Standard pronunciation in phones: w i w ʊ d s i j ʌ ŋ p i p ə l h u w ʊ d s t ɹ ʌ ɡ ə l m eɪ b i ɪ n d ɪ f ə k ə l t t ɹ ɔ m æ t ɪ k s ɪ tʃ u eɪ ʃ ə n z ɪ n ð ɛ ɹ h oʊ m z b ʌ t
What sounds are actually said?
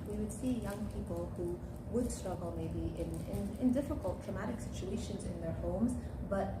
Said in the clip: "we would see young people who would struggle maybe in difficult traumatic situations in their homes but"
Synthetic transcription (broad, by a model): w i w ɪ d s i j ʌ ŋ p i p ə l h u w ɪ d s t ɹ ʌ ɡ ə l m eɪ b i ɪ n d ɪ f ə k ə l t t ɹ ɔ m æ t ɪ k s ɪ tʃ u eɪ ʃ ə n z ɪ n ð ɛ ɹ h oʊ m z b ʌ t